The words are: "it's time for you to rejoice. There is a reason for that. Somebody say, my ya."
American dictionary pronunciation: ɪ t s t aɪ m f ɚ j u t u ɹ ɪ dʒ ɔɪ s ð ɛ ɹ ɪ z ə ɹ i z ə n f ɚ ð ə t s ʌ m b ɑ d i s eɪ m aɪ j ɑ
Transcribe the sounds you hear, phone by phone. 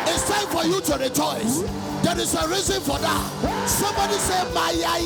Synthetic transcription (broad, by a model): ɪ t s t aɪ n f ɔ j u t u ɹ ɪ dʒ ɔɪ s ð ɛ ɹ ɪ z ə ɹ i z ə n f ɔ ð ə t s ʌ m b ɑ d i s eɪ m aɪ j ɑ